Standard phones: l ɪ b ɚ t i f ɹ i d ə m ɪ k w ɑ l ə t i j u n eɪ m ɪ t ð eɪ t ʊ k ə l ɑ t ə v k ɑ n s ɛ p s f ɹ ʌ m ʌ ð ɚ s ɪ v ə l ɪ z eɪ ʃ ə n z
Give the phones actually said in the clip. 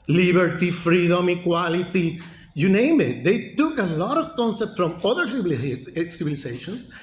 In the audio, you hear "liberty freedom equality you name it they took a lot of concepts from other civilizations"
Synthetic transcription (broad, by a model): l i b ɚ t i f ɹ i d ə m ɪ k w ɑ l ə t i j u n eɪ m ɪ t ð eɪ t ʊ k ə l ɑ t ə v k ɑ n s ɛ p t f ɹ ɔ m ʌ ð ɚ s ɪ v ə l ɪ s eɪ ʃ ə n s